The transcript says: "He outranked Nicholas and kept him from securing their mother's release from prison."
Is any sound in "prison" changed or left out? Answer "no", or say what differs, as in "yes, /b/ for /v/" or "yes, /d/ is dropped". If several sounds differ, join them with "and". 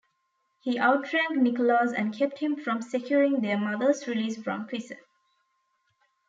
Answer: yes, /s/ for /z/ and /n/ is dropped